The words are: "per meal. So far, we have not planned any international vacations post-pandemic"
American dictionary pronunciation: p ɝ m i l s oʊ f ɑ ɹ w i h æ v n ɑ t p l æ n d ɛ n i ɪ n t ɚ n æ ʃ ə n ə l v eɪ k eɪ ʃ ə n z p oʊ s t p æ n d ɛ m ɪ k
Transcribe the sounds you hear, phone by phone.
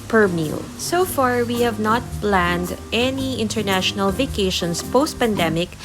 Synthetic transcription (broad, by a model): p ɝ m i l s oʊ f ɑ ɹ w i h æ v n ɑ t p l æ n d ɛ n i ɪ n t ɚ n æ ʃ ə n ə l v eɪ k eɪ ʃ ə n s p oʊ s t p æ n d ɛ m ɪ k